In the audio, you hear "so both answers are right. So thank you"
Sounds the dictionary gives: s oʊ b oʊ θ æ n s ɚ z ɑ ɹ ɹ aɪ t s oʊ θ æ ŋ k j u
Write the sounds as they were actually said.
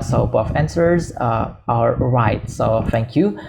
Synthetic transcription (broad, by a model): s oʊ b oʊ f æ n s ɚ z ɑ l ɹ aɪ t s oʊ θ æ ŋ k j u